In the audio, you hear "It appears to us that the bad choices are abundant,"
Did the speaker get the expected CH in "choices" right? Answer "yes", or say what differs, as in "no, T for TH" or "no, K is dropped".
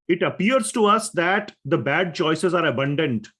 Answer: yes